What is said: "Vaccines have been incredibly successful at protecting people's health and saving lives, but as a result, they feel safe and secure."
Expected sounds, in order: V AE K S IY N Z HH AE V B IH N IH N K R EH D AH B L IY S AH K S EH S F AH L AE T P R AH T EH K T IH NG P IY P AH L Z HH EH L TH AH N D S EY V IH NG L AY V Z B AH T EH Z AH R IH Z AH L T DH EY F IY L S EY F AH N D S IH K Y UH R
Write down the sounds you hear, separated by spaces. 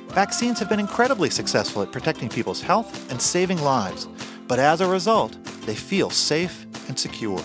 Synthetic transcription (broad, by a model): V AE K S IY N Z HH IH V B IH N IH N K R EH D AH B L IY S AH K S EH S F L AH T P R AH T EH K T IH NG P IY P L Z HH EH L TH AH N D S EY V IH NG L AY V Z B AH T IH Z AH R IH Z AH L T DH EY F IY L S EY F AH N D S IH K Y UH R